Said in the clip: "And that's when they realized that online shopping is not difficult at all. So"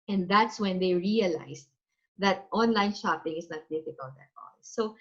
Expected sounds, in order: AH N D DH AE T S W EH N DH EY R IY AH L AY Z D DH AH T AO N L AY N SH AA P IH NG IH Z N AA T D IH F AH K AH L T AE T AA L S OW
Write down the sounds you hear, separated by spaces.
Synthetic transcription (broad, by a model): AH N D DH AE T S W EH N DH EY R IY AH L AY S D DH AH T AO N L AY N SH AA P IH NG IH S N AA T D IH F AH K AH L T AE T AA L S OW